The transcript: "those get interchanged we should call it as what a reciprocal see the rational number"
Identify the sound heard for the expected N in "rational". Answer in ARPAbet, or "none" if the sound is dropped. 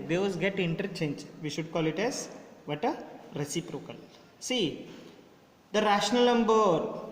N